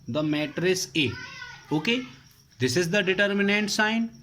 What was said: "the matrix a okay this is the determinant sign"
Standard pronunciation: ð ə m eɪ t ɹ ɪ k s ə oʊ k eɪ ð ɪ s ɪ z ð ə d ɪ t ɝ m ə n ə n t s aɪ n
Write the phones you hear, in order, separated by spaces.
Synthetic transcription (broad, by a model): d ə m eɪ t ɹ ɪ s ə oʊ k eɪ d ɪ s ɪ z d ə d ɪ t ɝ m ə n ə n t s aɪ n